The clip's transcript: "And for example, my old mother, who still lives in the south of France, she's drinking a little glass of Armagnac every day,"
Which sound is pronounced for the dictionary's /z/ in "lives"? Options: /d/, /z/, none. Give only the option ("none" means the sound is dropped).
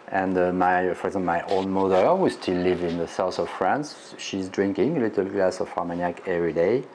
none